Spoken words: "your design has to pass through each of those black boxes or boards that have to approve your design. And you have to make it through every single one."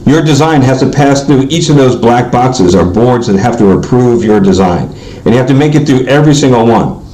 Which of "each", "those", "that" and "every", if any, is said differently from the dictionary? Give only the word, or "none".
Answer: none